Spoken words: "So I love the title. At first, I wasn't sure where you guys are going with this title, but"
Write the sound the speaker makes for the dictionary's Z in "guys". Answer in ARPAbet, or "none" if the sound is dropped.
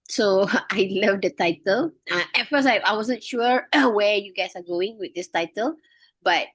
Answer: S